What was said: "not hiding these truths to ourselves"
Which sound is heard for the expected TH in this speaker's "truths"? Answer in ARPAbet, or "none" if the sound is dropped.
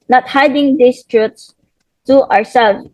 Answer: T